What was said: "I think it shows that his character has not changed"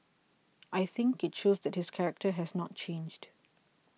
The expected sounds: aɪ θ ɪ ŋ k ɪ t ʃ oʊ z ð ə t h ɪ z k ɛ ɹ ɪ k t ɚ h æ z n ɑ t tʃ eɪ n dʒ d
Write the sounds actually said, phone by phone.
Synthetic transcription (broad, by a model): aɪ θ ɪ ŋ k ɪ t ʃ oʊ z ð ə t h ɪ s k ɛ ɹ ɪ k t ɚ h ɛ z n ɑ t tʃ eɪ n dʒ d